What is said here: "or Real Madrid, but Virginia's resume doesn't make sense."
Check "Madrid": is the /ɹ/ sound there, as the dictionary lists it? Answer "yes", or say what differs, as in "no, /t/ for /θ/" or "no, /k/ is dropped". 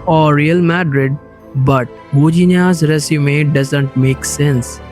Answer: yes